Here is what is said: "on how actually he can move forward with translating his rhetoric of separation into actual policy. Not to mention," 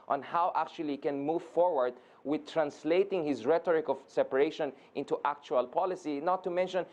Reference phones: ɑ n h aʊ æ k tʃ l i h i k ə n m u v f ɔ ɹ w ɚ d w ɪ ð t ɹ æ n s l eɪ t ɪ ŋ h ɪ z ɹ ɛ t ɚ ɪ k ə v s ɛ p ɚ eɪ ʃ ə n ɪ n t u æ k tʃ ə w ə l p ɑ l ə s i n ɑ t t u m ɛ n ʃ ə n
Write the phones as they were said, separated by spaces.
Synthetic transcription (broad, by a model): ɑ n h aʊ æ k tʃ i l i k ə n m u v f ɔ ɹ w ɚ d w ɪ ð t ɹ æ n s l eɪ t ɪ ŋ h ɪ z ɹ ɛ t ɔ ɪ k ə v s ɛ p ɚ eɪ ʃ ə n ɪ n t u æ k tʃ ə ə l p ɑ l ə s i n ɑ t t u m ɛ n ʃ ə n